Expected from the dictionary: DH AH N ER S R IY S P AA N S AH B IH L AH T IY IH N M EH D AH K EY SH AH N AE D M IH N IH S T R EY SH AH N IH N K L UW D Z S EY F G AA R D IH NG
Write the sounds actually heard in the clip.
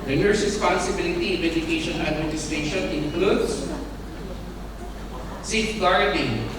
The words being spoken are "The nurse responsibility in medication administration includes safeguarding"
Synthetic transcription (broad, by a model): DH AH N ER S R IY S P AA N S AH B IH L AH T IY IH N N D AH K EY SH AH N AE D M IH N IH S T EY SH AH N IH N K L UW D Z S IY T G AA R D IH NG